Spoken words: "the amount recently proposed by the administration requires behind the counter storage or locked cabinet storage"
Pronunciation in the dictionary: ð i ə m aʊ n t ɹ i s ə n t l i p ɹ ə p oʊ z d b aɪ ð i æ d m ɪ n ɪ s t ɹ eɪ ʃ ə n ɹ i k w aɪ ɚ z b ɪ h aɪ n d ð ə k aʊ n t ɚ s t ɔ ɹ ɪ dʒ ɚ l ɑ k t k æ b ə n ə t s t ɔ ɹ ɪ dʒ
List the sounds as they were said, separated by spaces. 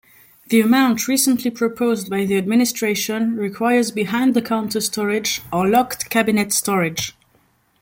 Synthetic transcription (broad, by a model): ð i ə m aʊ n t ɹ i s ə n t l i p ɹ ə p oʊ z d b aɪ ð i æ d m ɪ n ɪ s t ɹ eɪ ʃ ə n ɹ i k w aɪ ɚ z b ɪ h aɪ n d ð ə k aʊ n t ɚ s t ɔ ɹ ɪ dʒ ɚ l ɑ k t k æ b ə n ə t s t ɔ ɹ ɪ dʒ